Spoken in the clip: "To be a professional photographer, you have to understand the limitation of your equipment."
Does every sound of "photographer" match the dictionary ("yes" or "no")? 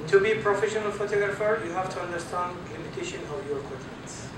yes